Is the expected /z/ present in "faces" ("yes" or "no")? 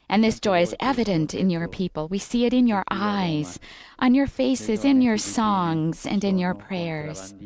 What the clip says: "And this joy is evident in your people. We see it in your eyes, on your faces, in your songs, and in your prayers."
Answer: yes